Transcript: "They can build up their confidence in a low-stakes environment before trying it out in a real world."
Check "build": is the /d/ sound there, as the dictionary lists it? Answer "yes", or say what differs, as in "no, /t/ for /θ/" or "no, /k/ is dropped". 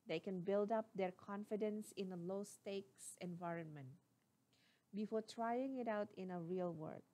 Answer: yes